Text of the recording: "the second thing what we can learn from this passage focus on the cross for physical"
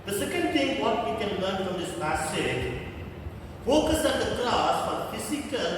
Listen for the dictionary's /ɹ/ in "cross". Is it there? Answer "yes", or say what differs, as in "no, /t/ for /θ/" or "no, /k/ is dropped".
no, /l/ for /ɹ/